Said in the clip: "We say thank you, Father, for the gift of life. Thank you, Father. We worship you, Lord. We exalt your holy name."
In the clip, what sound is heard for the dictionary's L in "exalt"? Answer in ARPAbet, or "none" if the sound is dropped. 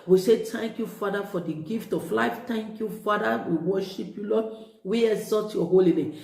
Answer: none